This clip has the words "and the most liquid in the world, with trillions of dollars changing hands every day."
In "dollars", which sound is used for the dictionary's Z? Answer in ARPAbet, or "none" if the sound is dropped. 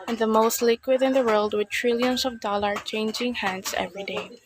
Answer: none